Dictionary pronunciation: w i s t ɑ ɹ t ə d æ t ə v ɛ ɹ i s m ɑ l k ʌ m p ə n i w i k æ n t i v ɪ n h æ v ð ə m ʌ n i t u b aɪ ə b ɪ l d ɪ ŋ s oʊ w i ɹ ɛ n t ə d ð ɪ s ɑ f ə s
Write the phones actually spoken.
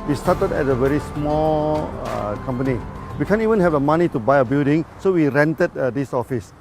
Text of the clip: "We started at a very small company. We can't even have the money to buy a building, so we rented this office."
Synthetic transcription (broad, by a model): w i s t ɑ t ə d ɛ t ə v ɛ ɹ i s m ɑ l k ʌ m p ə n i w i k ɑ n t i v ɪ n h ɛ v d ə m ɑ n i t u b aɪ ə b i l d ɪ ŋ s oʊ w i ɹ ɛ n t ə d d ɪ s ɑ f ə s